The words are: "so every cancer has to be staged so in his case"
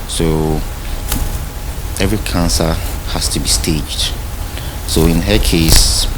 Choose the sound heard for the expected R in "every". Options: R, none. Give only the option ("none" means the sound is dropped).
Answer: R